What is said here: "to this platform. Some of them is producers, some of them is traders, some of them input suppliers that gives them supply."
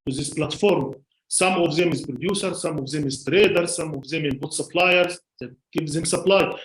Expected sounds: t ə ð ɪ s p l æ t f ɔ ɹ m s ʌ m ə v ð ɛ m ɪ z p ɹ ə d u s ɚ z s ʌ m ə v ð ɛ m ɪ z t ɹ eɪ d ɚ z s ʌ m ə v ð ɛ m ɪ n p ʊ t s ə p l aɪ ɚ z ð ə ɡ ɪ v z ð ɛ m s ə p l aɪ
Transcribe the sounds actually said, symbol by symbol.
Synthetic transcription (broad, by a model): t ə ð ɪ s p l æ t f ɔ ɹ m s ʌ m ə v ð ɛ m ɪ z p ɹ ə d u s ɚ s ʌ m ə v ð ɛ m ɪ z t ɹ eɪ d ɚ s s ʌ m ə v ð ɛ m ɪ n b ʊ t s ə p l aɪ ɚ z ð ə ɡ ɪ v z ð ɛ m s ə p l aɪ